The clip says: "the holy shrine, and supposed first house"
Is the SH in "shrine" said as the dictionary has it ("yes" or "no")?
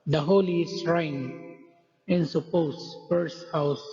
no